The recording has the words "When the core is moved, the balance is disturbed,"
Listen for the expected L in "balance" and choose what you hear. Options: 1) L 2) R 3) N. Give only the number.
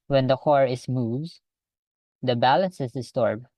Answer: 1